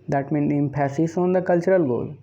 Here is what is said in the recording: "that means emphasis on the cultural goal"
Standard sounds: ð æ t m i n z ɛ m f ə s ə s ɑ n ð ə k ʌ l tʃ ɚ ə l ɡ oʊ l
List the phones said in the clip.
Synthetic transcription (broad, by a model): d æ t m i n ɛ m p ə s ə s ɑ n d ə k ʌ l tʃ ɚ ə l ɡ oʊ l